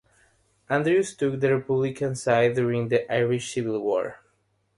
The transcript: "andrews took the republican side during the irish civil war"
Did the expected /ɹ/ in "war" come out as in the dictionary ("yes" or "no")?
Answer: yes